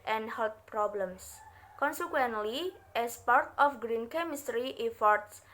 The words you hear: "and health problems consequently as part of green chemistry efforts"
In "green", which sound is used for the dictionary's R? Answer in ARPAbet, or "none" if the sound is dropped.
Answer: R